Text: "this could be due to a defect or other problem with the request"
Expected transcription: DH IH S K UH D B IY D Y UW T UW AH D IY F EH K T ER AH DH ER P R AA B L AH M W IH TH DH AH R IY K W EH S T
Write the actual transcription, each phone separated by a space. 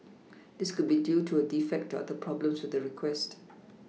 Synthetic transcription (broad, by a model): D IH S K UH D B IY D Y UW T UW AH D IY F EH K T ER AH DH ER P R AA B L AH M W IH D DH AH R IY K W EH S T